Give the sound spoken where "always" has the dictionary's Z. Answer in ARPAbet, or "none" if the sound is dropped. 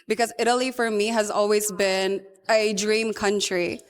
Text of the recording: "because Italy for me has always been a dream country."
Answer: Z